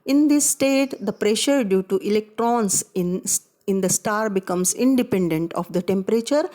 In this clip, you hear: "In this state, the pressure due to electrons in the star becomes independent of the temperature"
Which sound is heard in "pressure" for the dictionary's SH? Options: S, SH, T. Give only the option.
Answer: SH